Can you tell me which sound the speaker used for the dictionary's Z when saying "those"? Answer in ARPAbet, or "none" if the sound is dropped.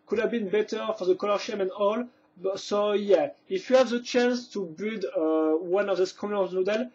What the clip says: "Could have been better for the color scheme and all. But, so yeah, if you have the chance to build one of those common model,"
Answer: S